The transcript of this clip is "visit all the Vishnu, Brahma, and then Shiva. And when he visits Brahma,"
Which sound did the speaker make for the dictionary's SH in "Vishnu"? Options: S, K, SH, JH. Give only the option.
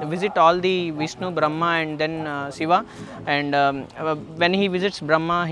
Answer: S